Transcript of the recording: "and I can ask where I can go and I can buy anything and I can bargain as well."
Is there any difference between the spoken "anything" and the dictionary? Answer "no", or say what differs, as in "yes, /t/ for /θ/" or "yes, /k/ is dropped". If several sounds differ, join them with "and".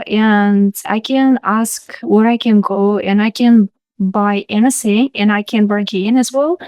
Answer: yes, /s/ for /θ/